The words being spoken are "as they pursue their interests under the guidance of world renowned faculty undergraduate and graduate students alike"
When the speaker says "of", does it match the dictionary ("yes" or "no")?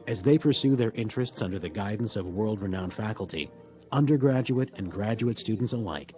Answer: yes